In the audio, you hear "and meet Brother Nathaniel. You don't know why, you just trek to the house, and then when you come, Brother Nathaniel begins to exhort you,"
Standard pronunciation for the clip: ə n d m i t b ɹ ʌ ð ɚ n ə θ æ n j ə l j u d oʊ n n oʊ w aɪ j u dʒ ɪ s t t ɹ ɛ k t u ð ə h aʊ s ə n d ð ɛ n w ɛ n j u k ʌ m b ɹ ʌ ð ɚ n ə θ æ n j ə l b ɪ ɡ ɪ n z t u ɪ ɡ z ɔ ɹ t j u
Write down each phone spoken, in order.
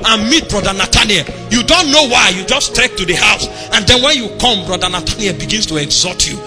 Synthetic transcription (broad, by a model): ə n m i t b ɹ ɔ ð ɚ n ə t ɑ n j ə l j u d oʊ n n oʊ w aɪ j u dʒ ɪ s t t ɛ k t u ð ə h aʊ s ə n d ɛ n w ɛ n j u k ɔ m b ɹ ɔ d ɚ n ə t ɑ n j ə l b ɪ ɡ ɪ n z t u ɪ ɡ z ɔ t j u